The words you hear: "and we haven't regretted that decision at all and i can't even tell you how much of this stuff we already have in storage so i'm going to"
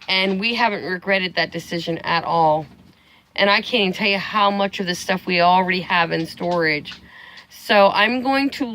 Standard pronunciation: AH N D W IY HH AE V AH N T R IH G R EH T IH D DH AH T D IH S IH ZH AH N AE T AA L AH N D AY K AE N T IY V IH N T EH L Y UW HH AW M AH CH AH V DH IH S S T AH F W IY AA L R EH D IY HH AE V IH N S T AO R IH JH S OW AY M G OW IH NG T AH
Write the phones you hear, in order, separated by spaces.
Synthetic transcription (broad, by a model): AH N W IY HH AE V AH N T R IH G R EH T IH D DH AH T D IH S IH ZH AH N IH T AA L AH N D AY K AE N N T EH L Y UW HH AW M AH CH AH V DH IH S S T AH F W IY L R EH D IY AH V IH N S T AO R IH JH S OW AY M G OW IH NG T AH